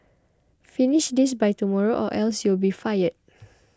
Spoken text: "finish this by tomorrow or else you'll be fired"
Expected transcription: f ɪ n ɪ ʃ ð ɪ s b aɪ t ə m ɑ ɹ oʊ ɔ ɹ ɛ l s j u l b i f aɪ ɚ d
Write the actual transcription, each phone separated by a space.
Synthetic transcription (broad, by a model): f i n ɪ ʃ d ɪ s b aɪ t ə m ɑ ɹ oʊ ɔ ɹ ɛ l s j u l b i f aɪ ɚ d